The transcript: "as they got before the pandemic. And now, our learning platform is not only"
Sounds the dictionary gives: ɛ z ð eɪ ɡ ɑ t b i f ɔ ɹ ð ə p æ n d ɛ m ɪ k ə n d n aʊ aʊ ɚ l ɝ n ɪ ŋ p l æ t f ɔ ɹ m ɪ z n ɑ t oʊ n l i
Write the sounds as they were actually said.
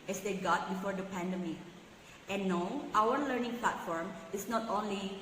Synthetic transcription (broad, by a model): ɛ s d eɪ ɡ ɑ t b i f ɔ ɹ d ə p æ n d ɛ m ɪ ə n n aʊ aʊ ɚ l ɝ n ɪ ŋ p l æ t f ɔ ɹ m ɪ s n ɑ t oʊ n l i